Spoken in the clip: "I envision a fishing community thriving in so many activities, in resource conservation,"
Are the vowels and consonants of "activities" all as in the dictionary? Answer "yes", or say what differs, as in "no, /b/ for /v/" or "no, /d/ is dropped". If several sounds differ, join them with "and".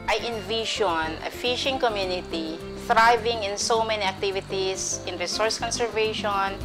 no, /s/ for /z/